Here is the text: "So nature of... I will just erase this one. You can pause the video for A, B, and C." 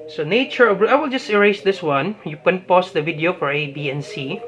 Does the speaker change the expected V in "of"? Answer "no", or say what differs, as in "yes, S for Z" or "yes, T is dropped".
yes, B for V